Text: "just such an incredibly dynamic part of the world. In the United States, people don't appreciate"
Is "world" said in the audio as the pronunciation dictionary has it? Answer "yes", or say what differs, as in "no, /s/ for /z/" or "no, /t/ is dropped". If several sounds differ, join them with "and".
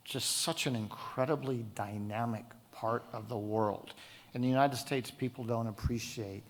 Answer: yes